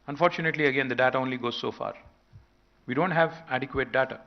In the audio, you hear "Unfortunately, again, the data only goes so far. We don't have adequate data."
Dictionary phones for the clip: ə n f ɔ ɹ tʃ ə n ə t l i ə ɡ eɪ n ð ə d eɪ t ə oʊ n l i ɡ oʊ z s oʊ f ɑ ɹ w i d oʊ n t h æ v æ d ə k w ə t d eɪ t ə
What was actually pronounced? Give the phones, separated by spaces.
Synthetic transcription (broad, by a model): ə n f ɔ ɹ tʃ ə n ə t l i ə ɡ eɪ n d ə d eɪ t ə oʊ n l i ɡ oʊ z s oʊ f ɑ ɹ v i d oʊ n t h æ v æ d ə k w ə t d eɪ t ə